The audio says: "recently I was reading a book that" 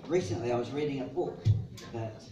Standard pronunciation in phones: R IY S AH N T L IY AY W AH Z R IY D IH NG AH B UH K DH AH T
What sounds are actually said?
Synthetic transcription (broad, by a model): R IY S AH N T L IY AY W AH Z R IY D IH NG AH B UH K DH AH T